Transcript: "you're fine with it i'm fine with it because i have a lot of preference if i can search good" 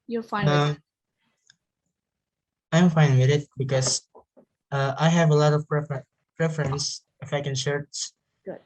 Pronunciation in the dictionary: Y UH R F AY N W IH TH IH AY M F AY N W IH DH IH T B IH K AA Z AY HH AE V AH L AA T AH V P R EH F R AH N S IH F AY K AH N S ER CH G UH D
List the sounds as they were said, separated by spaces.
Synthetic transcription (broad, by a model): Y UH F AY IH IH AY M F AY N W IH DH IH T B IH K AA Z AY HH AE V AH L AA T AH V P R EH F R AH N S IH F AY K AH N SH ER S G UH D